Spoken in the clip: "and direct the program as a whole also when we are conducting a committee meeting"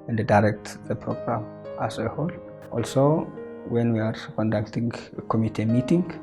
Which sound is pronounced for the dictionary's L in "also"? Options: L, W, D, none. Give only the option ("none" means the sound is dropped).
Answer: L